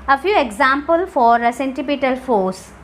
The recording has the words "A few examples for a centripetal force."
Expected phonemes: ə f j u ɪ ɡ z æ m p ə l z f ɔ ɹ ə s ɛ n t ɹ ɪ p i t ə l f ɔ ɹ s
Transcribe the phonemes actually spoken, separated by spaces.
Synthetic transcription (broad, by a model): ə f j u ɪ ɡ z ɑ m p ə l f ɔ ɹ ə s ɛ n t ɪ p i t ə l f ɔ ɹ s